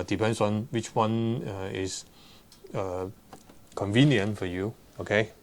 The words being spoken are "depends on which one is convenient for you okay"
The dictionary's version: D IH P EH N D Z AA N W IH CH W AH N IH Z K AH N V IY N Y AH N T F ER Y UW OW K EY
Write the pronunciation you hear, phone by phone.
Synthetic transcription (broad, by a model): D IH P EH N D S AA N W IH CH W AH N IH S K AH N V IY N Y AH N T F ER Y UW OW K EY